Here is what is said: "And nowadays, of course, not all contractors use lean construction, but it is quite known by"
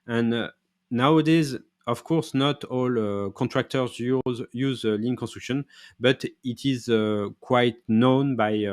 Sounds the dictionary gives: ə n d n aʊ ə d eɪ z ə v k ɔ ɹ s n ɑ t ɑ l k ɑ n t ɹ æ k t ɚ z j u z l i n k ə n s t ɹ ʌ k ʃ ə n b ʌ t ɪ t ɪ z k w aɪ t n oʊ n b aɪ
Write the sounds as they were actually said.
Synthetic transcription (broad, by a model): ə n n aʊ ə d eɪ z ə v k ɔ ɹ s n ɑ t ɑ l k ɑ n t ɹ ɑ k t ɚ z j u z l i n k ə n s t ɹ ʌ k ʃ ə n b ʌ t ɪ t ɪ z k w aɪ t n oʊ n b aɪ